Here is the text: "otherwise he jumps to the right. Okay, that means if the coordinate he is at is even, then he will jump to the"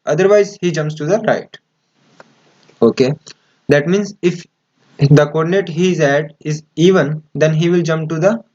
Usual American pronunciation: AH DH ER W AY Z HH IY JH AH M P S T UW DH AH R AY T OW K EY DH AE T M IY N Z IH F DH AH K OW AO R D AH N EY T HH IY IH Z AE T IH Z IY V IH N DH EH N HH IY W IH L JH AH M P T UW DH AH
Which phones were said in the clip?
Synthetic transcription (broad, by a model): AH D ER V AY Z HH IY JH AH M P S T UW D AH R AY T OW K EY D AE T M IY N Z IH F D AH K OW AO R D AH N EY T HH IY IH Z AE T IH Z IY V IH N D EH N HH IY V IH L JH AH M P T UW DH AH